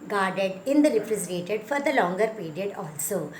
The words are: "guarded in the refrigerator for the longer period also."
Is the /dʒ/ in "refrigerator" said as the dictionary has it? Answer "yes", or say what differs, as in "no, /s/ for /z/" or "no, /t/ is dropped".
no, /z/ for /dʒ/